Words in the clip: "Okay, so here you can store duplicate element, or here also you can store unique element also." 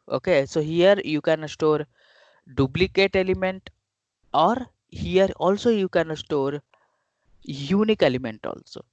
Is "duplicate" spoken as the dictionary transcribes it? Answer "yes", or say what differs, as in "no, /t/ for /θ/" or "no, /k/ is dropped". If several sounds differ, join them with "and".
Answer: no, /b/ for /p/